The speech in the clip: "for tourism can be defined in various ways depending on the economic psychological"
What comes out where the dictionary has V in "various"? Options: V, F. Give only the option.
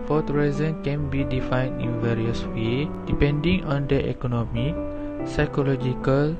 V